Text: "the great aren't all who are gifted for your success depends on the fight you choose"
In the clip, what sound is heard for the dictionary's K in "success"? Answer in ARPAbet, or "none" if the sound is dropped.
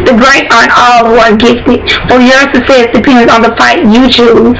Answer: none